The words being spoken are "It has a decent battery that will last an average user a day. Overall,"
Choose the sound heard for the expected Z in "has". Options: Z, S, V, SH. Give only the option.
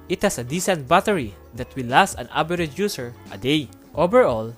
S